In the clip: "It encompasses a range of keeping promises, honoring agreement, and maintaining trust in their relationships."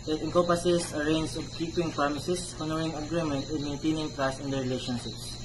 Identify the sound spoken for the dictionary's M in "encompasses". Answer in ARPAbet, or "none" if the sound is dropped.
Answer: none